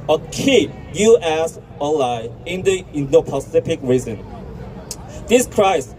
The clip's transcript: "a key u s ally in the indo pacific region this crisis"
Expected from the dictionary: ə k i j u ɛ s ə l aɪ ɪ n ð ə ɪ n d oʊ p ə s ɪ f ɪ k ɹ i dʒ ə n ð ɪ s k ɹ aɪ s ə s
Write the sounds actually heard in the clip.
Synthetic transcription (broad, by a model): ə k i j u ɛ s ə l aɪ ɪ n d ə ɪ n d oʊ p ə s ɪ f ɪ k ɹ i z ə n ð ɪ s k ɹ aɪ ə s